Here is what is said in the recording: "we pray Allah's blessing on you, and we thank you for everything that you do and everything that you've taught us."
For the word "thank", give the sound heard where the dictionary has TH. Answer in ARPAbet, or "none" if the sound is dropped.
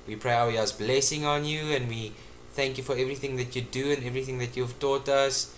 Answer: TH